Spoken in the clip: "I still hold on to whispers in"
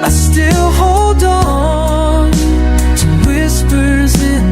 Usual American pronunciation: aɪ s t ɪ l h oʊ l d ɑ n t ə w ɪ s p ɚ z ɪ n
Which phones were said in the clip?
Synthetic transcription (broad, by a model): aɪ s t ɪ l h oʊ l d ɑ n t ə w ɪ s p ɚ z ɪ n